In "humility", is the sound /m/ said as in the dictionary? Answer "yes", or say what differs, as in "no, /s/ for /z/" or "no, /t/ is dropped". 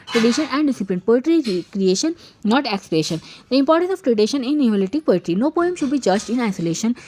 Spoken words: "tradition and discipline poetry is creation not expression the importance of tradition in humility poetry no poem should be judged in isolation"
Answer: no, /m/ is dropped